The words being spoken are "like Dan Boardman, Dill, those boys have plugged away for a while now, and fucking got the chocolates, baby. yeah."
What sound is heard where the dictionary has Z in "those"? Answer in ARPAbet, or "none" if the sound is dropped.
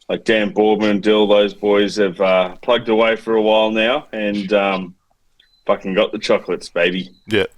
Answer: Z